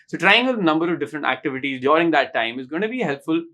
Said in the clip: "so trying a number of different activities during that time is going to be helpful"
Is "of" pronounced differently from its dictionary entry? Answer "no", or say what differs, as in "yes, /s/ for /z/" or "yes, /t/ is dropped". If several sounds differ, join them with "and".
no